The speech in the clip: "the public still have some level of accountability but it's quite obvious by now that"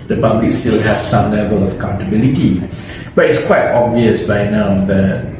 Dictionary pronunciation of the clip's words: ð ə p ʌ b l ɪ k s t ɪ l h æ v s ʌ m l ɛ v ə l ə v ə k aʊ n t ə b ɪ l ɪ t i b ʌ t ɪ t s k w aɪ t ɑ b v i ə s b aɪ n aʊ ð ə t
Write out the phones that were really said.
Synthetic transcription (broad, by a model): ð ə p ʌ b l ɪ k s t ɪ l h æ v s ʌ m l ɛ v ə l ə v ə k aʊ n t ə b ɪ l ɪ t i b ʌ t ɪ t s k w aɪ t ɑ b v i ə s b aɪ n aʊ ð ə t